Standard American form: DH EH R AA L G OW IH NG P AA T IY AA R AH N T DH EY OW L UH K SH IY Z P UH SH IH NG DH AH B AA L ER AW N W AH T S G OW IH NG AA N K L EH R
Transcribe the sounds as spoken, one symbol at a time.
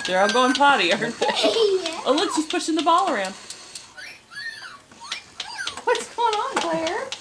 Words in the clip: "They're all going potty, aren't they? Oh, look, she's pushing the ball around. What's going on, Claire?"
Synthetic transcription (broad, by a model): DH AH R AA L G OW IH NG P AA T IY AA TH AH T OW L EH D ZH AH S P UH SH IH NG DH AH B AA L ER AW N W AH T S G OW IH NG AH N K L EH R